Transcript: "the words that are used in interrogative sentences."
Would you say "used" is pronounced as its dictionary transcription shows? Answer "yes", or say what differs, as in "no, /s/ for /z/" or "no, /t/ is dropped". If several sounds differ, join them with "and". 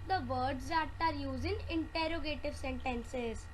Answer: no, /d/ is dropped